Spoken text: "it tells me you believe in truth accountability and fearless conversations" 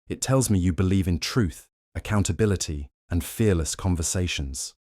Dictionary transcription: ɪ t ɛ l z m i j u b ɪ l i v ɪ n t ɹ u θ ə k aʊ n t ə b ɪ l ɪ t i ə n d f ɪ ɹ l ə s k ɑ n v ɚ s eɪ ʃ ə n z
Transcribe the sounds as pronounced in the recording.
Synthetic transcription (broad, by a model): ɪ t ɛ l z m i j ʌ b ɪ l i v ɪ n t ɹ u θ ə k aʊ n t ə b ɪ l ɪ t i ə n f ɪ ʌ l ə s k ɑ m v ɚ s eɪ ʃ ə n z